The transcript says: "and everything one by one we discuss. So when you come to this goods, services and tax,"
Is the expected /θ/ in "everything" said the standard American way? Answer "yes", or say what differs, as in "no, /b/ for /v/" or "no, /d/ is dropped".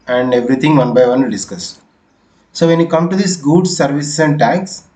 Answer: no, /t/ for /θ/